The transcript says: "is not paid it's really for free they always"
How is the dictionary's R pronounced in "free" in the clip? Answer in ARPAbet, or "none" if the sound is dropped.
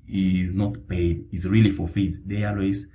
none